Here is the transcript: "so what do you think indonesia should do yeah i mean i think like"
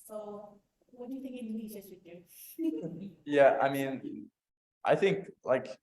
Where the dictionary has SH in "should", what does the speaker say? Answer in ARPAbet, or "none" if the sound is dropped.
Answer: S